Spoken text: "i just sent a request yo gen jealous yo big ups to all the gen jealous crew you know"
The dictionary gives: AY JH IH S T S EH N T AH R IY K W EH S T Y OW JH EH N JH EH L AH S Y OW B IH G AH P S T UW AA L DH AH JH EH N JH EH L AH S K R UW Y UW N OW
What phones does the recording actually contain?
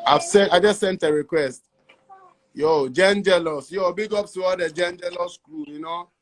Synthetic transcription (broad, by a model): AY JH IH S T S EH N T AH R IY K W EH S T Y OW JH EH N JH EH L AH S Y OW B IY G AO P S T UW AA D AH JH EH N JH EH L AH S K L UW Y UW N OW